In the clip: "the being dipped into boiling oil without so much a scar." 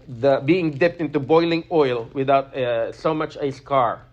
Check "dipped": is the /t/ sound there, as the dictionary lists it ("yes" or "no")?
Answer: yes